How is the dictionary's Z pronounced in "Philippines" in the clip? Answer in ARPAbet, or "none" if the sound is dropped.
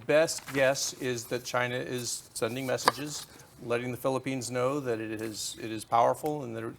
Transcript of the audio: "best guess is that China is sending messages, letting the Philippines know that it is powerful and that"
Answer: Z